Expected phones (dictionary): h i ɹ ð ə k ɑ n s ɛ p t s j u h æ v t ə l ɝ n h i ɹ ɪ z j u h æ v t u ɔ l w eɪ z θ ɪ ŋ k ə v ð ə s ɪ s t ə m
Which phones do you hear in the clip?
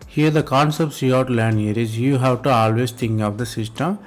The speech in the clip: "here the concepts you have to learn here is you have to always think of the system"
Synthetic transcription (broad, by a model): h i ɹ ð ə k ɑ n s ɛ p t s j u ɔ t l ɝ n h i ɹ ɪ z j u h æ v t u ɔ l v eɪ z t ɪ ŋ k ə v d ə s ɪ s t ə m